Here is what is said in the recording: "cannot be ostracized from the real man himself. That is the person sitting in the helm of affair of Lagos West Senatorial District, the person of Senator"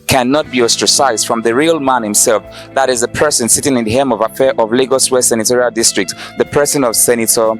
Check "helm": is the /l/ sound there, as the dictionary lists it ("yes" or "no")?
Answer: no